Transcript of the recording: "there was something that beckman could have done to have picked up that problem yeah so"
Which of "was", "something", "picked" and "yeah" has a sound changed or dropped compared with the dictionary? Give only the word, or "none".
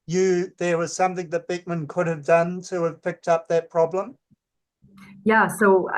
none